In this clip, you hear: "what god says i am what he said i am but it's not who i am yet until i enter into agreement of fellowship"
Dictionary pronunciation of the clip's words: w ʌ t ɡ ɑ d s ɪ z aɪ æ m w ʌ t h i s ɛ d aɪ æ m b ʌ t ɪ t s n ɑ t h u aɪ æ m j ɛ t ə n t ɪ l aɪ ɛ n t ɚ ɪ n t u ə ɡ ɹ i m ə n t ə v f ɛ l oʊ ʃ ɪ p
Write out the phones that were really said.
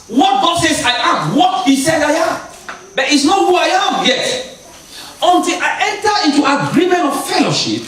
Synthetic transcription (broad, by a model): w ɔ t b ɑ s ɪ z aɪ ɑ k w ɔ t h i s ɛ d aɪ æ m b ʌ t ɪ t s n ɑ t h u aɪ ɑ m j ɛ t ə n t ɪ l aɪ ɛ n t ɚ ɪ n t u ə ɡ ɹ i m ə n t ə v f ɛ l oʊ ʃ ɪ p